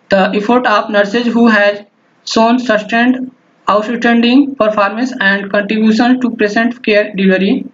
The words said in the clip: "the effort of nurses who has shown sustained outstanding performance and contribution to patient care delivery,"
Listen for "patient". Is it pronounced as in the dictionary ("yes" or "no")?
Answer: no